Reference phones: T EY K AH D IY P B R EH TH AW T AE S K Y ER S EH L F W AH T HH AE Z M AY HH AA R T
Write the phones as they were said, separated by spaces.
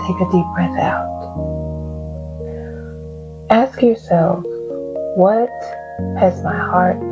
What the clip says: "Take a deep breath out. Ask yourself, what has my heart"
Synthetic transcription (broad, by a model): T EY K AH D IY P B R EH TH AW T AE S K Y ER S EH L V W AH T HH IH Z M AY HH AA R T